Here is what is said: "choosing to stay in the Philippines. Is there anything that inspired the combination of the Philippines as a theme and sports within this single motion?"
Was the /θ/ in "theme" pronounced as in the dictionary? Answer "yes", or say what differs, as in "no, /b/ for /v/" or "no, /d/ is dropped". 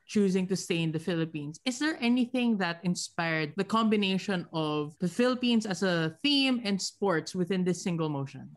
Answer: yes